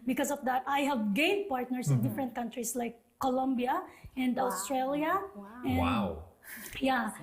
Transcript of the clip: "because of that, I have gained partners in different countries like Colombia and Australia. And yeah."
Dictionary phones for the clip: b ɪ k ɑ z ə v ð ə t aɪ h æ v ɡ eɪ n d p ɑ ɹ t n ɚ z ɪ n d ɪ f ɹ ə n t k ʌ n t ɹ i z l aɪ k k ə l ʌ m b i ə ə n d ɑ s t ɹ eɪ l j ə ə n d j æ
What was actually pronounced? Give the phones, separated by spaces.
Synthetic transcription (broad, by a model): b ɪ k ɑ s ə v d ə t aɪ h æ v ɡ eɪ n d p ɑ ɹ t n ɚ s ɪ n d ɪ f ɹ ə n t k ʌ n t ɹ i s l aɪ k k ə l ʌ m b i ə ə n d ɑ s t ɹ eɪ l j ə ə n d j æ